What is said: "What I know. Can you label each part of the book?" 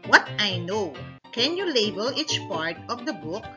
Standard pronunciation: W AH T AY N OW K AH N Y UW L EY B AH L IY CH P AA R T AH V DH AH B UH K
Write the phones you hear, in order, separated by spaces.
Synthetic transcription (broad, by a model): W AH T AY N OW K AH N Y UW L EY B AH L IY CH P AA R T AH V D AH B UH K